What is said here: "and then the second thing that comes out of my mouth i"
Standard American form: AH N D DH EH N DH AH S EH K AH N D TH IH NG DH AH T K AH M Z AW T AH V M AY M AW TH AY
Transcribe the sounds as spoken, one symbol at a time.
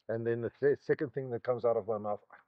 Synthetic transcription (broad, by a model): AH N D DH EH N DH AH S EH K AH N D TH IH NG DH AH T K AH M Z AW T AH V M AY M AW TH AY